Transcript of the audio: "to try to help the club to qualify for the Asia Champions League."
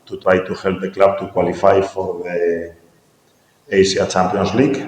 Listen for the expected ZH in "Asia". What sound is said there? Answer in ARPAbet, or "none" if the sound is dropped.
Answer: S